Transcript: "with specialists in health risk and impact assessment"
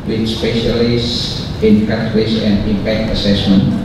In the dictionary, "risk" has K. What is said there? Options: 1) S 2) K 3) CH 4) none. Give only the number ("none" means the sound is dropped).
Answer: 4